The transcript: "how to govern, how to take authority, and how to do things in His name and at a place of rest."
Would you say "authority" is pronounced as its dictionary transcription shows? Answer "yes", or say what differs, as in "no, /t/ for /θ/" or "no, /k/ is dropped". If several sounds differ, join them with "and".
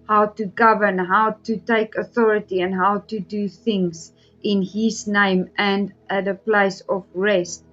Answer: yes